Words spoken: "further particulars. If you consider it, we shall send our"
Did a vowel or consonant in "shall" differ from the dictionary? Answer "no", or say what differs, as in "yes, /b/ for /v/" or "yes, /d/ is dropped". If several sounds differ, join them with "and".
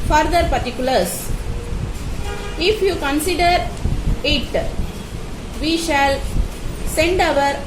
no